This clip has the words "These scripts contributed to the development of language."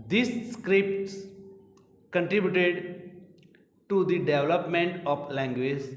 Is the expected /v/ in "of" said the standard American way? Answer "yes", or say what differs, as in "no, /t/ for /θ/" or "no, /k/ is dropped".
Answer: no, /p/ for /v/